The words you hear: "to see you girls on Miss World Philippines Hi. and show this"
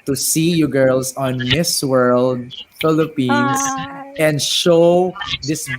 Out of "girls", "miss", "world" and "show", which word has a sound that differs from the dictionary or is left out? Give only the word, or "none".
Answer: girls